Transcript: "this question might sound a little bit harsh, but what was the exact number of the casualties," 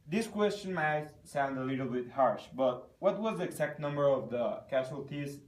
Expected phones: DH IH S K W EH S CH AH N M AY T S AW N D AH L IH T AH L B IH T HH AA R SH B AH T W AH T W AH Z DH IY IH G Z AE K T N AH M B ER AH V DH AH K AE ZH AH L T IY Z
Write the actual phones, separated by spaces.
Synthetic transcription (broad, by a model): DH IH S K W EH S CH AH N M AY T S AW N D AH L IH T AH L B IH T HH AA R SH B AH T W AH T W AH Z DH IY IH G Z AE K T N AH M B ER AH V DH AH K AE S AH L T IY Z